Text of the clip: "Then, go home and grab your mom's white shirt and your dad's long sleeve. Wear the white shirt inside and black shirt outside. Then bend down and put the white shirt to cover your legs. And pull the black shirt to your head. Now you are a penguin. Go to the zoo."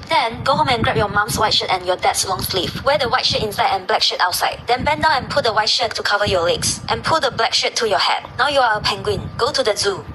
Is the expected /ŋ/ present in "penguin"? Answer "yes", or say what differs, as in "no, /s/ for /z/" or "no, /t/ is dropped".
yes